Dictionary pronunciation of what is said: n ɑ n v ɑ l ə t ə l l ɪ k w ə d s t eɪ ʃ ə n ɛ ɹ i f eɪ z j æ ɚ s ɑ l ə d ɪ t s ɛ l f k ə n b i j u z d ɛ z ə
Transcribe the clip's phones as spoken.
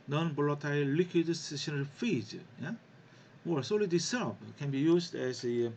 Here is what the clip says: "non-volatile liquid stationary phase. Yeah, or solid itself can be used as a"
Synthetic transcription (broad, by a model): n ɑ n b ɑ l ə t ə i l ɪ k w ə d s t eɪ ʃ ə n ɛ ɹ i f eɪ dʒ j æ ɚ s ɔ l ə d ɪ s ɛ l p k ə n b i j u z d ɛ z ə